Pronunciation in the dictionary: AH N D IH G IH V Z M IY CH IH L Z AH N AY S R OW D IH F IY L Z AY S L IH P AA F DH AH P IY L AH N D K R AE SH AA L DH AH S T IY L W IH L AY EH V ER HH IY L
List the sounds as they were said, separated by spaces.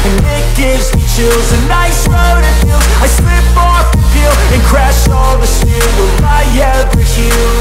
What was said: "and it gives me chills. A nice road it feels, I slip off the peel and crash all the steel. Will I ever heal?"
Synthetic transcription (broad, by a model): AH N IH G IH V Z M IY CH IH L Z AH N AY S R OW D IH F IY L AY S L IH P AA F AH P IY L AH N K R AE SH AA L DH AH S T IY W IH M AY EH ER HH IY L